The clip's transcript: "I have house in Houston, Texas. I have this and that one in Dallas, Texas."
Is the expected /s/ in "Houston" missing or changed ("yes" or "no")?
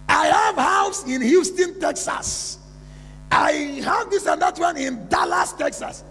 no